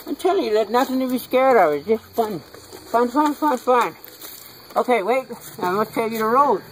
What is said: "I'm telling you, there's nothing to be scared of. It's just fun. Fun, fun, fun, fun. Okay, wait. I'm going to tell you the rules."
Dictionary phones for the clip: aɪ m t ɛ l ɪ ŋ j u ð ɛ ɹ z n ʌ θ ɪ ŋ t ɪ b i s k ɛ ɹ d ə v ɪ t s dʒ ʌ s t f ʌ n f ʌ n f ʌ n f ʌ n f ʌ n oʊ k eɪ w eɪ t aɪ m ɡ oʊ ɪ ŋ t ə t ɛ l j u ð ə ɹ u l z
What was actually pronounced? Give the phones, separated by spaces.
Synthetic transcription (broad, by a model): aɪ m t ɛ l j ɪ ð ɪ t n ʌ θ ɪ ŋ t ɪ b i s k ɛ ɹ d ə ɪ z dʒ ʌ s t f ʌ n f ʌ n f ʌ n f ʌ n f ʌ n oʊ k eɪ w eɪ t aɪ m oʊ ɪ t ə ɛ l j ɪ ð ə ɹ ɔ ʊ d